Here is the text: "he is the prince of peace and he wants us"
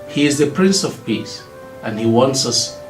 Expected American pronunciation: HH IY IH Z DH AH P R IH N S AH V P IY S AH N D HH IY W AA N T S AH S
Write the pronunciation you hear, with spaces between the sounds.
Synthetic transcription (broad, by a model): HH IY IH Z DH AH P R IH N S AH V P IY S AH N HH IY W AA N T S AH S